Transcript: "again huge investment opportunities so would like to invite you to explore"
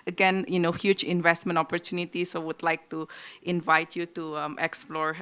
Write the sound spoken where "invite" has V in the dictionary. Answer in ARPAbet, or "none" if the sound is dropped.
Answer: V